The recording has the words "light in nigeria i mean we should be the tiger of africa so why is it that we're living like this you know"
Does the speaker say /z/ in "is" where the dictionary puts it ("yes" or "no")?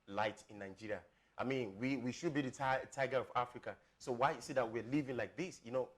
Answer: no